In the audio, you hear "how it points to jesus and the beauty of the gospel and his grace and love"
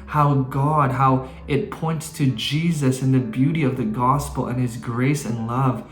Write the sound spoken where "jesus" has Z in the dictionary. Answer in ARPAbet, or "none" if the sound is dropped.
Z